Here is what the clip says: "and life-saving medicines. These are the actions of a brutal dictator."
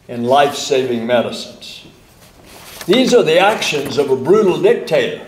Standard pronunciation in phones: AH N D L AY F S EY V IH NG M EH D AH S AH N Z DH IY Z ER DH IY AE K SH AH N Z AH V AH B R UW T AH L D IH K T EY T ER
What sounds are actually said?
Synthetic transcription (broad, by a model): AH N L AY F S EY V IH NG M EH D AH S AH N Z DH IY Z ER DH IY AE K SH AH N Z AH V AH B R UW T L D IH K T EY T ER